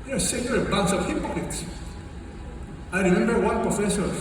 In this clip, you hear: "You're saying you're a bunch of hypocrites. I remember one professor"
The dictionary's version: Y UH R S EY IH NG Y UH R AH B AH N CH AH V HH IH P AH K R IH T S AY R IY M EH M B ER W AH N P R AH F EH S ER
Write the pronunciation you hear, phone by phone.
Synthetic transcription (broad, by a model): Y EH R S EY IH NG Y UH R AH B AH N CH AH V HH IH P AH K IH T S AY R IY M EH M B ER W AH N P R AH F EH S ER